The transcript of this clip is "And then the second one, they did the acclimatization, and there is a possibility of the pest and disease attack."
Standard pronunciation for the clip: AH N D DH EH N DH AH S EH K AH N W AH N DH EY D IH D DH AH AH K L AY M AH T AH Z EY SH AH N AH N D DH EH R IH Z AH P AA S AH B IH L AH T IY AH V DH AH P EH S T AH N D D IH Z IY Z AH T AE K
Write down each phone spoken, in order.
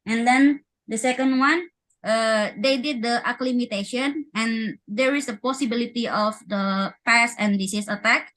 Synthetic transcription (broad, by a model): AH N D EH N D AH S EH K AH N W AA N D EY D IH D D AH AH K L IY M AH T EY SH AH N AH N D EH R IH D AH P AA S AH B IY L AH T IY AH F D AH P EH S AH N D D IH S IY S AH T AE K